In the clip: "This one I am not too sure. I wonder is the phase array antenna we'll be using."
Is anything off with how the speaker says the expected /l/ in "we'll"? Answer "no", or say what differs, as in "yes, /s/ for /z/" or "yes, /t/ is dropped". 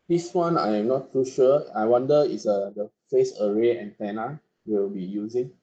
yes, /w/ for /l/